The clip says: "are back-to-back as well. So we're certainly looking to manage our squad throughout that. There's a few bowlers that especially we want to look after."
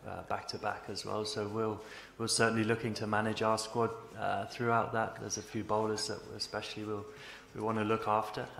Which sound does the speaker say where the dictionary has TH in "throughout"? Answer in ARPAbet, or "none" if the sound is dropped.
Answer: TH